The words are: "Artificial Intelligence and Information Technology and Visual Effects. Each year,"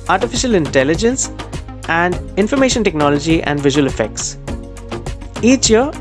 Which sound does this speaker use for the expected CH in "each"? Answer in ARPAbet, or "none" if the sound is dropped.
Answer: CH